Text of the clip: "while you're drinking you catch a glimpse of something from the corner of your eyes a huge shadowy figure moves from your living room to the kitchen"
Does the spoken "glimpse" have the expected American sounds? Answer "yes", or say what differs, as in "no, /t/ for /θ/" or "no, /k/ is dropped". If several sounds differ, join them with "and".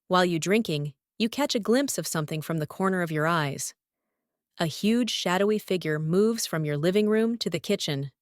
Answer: yes